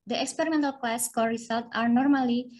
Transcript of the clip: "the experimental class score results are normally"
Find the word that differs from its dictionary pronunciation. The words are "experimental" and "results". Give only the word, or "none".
results